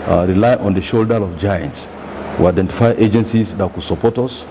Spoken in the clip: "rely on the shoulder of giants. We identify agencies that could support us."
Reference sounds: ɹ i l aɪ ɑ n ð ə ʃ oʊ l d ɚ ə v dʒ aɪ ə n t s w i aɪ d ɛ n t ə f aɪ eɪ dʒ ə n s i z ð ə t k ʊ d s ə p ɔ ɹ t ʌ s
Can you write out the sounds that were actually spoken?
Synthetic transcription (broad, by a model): ɹ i l aɪ ɑ n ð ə ʃ oʊ l d ɚ ə v dʒ aɪ ə n t s w i aɪ d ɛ n t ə f aɪ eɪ dʒ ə n s i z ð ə t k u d s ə p ɔ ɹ t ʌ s